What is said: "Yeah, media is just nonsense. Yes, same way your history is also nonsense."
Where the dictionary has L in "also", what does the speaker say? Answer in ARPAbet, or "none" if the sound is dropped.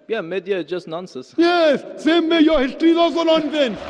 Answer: none